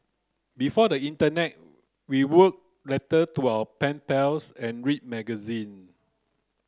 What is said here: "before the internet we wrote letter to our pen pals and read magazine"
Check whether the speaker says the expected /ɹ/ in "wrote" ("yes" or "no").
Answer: no